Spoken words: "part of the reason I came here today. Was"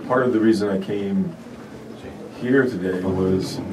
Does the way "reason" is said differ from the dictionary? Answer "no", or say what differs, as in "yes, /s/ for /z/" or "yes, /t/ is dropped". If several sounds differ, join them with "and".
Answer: no